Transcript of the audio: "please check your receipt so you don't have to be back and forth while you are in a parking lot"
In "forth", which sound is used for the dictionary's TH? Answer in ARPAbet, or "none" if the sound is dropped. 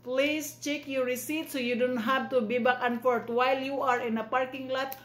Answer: T